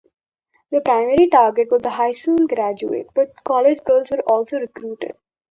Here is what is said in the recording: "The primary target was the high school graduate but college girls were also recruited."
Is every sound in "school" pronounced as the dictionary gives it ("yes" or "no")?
no